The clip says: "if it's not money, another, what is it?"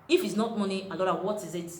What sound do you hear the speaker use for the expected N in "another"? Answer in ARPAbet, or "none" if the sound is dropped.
L